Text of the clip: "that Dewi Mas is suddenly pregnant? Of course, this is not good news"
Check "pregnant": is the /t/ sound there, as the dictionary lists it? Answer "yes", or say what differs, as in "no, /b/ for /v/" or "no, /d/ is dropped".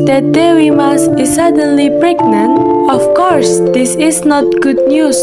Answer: no, /t/ is dropped